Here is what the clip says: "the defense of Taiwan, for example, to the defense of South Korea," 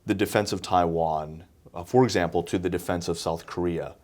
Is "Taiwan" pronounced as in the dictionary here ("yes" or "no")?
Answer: yes